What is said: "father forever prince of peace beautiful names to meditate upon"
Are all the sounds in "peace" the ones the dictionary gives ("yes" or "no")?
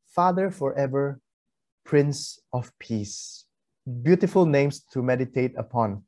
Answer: yes